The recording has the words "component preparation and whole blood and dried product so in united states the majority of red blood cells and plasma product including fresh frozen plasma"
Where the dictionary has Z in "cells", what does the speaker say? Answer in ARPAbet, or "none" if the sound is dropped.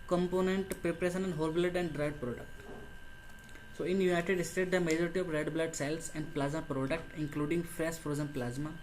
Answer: S